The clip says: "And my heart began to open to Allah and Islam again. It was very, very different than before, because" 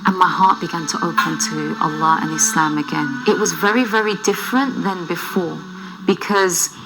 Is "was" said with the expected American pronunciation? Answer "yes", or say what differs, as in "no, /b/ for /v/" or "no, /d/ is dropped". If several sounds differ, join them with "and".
yes